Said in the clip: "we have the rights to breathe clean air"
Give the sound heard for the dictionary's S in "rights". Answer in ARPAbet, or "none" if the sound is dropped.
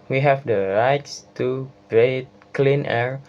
S